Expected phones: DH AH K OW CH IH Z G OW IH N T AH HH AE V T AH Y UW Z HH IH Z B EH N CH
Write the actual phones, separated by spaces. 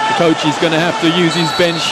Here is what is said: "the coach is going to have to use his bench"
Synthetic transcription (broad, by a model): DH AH K OW CH IH Z G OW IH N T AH HH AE F T AH Y UW Z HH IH Z B EH N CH